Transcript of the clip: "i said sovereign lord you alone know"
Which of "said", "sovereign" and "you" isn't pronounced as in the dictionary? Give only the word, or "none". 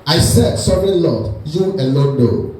sovereign